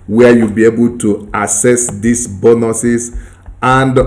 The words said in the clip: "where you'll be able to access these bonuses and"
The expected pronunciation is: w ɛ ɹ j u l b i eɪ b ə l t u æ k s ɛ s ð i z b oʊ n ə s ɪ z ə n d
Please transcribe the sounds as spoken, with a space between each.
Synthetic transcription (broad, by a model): w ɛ j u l b i eɪ b ə l t u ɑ s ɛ s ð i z b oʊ n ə s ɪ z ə n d